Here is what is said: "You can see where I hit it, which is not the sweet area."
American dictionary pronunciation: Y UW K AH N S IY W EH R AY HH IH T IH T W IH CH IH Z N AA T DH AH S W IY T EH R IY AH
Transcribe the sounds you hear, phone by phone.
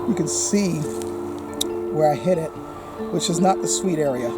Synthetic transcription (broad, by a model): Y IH K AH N S IY W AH R AY HH IH T IH T W IH CH IH Z N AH T DH AH S W IY T EH R IY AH